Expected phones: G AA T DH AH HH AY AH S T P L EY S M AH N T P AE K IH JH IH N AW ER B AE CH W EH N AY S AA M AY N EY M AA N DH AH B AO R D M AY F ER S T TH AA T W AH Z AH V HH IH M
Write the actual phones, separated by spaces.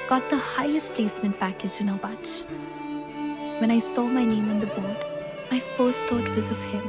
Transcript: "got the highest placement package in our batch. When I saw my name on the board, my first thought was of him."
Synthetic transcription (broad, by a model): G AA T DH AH HH AY AH S T P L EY S M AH N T P AE K IH JH IH N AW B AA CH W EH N AY S AA M AY N EY M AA N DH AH B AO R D M AY F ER S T T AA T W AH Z AH V HH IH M